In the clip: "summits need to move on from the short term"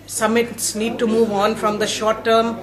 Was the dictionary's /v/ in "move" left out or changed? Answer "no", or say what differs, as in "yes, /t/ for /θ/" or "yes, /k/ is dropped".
no